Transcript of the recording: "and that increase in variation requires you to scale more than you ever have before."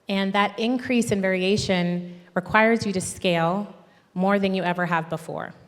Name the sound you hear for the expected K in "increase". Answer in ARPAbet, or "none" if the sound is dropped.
K